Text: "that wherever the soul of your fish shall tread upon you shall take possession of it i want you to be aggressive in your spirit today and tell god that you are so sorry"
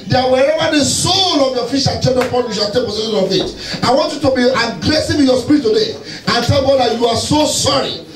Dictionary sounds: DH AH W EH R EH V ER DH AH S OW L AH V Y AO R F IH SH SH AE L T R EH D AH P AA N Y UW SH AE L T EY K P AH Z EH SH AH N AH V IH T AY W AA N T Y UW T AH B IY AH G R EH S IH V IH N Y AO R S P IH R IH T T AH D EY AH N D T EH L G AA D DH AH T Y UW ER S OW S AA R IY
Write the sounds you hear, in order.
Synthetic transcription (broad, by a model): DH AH W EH R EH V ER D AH S OW L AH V Y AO F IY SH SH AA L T EH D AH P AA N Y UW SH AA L T EY K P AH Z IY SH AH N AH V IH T AY W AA N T Y UW T AH B IY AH G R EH S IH W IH Y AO S P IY R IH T T AH D EY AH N T EH L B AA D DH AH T Y UW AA S OW S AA R IY